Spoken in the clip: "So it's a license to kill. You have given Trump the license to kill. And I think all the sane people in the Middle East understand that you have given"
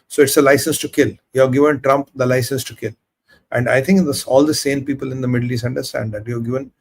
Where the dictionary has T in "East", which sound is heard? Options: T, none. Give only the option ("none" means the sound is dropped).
none